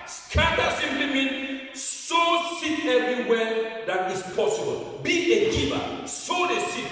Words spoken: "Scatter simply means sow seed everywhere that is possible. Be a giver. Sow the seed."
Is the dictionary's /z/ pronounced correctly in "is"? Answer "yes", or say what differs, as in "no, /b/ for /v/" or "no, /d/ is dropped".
no, /s/ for /z/